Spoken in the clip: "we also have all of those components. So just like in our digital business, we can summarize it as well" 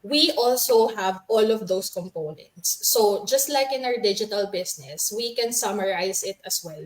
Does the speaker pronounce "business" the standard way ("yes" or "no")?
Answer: no